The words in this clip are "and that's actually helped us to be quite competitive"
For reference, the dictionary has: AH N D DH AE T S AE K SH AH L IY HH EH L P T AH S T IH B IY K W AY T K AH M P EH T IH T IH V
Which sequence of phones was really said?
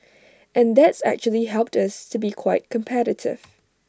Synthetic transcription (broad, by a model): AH N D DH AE T S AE K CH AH L IY HH EH L P T AH S T IH B IY K W AY T K AH M P EH T IH T IH V